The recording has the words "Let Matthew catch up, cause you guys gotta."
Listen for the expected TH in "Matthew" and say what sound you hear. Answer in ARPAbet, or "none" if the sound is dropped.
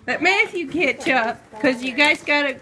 F